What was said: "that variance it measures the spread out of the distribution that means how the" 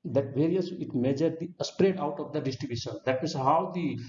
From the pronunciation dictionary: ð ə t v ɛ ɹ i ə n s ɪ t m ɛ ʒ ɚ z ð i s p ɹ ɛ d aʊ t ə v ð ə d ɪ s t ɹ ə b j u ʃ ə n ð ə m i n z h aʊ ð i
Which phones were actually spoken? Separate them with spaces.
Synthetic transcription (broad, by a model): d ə t v ɛ ɹ i ə n s ɪ t m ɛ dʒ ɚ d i s p ɹ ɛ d aʊ t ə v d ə d ɪ s t ɹ ə b j u ʃ ə n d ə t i z h aʊ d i